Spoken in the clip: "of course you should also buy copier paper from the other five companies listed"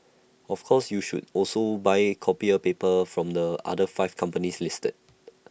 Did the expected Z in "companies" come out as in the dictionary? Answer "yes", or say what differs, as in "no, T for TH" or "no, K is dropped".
no, S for Z